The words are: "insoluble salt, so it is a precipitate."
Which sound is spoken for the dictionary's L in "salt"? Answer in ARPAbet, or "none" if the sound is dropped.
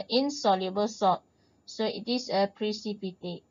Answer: none